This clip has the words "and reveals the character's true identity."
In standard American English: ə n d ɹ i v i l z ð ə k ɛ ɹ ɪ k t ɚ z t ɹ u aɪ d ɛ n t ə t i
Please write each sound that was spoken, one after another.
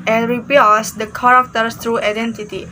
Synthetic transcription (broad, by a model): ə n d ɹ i p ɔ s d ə k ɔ ɹ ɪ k t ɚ s t ɹ u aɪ d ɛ n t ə t i